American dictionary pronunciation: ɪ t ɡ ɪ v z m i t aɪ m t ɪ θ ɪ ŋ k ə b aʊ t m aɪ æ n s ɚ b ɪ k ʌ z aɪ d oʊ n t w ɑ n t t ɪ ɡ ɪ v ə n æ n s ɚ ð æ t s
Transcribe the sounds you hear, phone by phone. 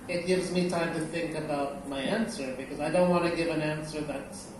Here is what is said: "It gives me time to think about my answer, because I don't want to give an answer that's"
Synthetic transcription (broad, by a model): ɪ t ɡ ɪ v z m i t aɪ m t ɪ θ ɪ ŋ k ə b aʊ t m aɪ æ n s ɚ b ɪ k ʌ z aɪ d oʊ n t w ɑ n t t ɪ ɡ ɪ v ə n æ n s ɚ ð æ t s